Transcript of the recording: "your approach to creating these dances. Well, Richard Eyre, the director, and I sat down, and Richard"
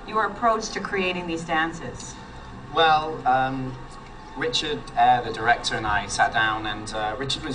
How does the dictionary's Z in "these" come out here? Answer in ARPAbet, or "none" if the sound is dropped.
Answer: Z